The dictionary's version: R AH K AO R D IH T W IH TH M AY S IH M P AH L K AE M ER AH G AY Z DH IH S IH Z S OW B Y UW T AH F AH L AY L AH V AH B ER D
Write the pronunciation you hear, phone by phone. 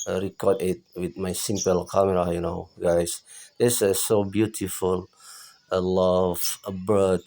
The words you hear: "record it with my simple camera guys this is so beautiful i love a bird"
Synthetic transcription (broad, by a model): R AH K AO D IH T W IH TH M AY S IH M P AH L K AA M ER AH G AY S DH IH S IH S OW B Y UW T AH F AH L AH L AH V AH B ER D